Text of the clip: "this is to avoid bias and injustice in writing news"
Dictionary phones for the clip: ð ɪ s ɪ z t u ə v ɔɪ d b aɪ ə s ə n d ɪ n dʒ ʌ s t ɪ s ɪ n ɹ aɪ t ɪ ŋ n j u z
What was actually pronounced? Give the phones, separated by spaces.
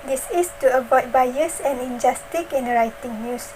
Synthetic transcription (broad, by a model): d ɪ s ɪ s t u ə b ɔɪ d b aɪ ə s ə n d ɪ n dʒ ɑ s t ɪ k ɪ n ɹ aɪ t ɪ ŋ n j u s